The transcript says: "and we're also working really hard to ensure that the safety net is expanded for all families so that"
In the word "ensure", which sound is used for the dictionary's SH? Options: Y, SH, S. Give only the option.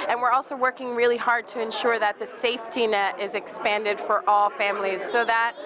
SH